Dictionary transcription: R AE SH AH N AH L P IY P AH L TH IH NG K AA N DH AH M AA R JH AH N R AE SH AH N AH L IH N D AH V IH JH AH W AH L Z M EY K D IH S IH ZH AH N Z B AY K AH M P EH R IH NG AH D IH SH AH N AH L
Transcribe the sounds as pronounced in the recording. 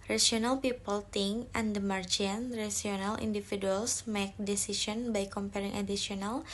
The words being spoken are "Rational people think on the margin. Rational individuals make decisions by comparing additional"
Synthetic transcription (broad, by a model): R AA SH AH N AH L P IY P AH L T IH NG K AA N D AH M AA R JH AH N R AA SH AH N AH L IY N D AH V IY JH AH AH L S M EY K D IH S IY S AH N B AY K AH M P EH R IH NG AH D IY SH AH N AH L